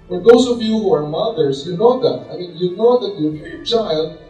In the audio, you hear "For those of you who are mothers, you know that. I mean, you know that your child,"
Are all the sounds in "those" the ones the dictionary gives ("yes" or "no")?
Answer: no